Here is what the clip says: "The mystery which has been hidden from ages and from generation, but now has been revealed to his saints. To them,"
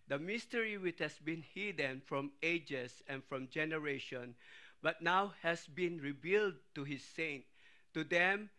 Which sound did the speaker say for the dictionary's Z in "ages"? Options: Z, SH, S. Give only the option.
S